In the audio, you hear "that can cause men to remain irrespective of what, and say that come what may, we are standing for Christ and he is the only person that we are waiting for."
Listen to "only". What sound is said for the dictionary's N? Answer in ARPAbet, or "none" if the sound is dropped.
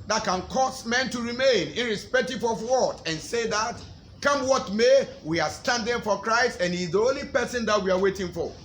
N